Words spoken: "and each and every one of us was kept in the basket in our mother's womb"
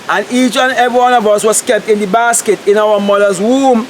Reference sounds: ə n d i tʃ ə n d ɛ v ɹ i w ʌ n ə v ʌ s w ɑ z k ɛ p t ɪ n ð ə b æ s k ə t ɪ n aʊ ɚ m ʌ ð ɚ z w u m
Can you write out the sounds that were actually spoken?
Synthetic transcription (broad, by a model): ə n i tʃ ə n ɛ v ɹ i w ʌ n ə v ʌ s w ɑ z k ɛ p t ɪ n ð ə b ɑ s k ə t ɪ n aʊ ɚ m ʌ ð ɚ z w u m